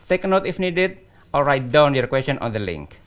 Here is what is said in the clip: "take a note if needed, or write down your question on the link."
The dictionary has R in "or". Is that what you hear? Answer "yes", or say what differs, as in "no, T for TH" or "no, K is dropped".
no, L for R